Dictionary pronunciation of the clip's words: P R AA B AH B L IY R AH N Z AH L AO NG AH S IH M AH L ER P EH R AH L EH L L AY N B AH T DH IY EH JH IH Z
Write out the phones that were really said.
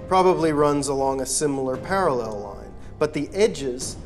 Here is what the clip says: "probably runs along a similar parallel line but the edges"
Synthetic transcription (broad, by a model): P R AA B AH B L IY R AH N Z AH L AO NG AH S IH M L ER P EH R AH L EH L L AY N B AH T DH IY EH JH IH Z